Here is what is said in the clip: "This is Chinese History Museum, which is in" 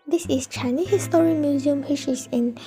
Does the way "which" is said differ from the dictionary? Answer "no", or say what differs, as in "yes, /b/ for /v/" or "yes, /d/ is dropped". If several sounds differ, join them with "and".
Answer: yes, /ʃ/ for /tʃ/